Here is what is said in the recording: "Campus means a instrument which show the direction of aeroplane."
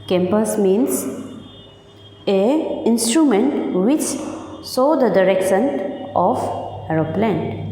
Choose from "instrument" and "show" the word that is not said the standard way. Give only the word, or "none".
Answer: show